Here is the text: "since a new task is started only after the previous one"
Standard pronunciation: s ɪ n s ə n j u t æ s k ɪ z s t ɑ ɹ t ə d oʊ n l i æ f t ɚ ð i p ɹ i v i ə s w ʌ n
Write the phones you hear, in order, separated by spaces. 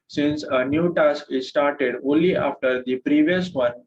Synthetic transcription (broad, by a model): s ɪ n s ə n j u t æ s k ɪ z s t ɑ ɹ t ə d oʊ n l i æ f t ɚ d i p ɹ i v i ə s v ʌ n